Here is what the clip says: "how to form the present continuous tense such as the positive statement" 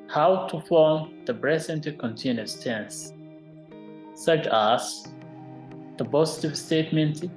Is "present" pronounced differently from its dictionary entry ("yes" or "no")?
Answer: yes